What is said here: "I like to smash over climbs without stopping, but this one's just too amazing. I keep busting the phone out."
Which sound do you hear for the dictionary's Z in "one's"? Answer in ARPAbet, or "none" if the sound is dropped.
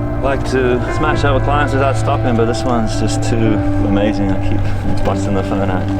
Z